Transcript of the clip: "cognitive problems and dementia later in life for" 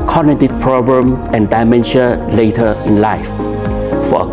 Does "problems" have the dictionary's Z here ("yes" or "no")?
no